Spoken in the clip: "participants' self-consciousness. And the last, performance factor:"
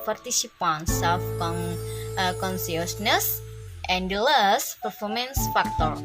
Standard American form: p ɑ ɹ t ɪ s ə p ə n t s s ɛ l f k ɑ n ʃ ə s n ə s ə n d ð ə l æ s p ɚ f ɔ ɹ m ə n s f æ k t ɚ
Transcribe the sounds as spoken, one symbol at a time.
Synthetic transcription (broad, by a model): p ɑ ɹ t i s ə p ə n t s s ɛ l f k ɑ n s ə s n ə s ə n d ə l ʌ s p ɚ f ɔ ɹ m ə n s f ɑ k t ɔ